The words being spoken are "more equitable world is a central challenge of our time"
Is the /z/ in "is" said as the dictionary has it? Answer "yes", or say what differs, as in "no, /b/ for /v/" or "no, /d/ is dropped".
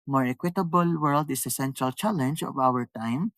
no, /s/ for /z/